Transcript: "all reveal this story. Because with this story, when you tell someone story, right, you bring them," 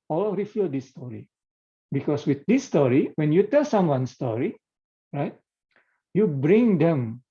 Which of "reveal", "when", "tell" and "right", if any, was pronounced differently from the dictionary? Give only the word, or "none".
reveal